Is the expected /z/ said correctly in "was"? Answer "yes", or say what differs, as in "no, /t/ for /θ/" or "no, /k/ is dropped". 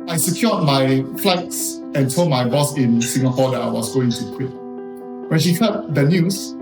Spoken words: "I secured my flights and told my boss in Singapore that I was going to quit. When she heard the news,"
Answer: no, /s/ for /z/